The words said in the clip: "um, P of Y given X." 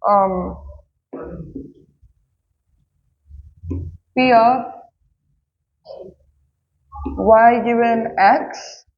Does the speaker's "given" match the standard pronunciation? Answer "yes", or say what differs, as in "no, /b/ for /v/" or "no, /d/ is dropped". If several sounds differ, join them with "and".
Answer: no, /v/ is dropped